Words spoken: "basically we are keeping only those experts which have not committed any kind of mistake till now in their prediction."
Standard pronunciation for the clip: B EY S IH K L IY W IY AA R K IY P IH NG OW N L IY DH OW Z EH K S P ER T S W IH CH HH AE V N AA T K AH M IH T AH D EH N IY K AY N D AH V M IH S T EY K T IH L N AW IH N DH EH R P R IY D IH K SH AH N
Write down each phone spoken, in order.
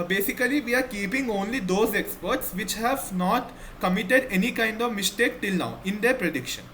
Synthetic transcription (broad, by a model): B EY S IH K L IY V IY AA R K IY P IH NG OW N L IY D OW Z EH K S P ER T S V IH CH HH AE V N AA T K AH M IH T AH D EH N IY K AY N D AH V M IH S T EY K T IH L N AW IH N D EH R P R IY D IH K SH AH N